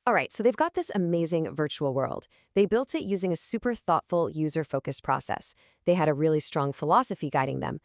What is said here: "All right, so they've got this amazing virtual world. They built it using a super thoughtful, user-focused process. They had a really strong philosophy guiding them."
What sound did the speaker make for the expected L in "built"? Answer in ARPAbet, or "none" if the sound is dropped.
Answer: L